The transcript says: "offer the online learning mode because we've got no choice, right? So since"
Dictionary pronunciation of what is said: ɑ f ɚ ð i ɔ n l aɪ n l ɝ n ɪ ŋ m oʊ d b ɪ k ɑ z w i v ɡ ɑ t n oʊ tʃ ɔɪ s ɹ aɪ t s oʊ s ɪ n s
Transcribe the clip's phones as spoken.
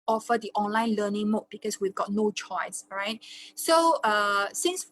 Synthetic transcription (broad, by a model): ɑ f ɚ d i ɔ n l aɪ n l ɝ n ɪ ŋ m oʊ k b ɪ k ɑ s w i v ɡ ɑ t n oʊ tʃ ɔɪ s ɹ aɪ t s oʊ s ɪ n s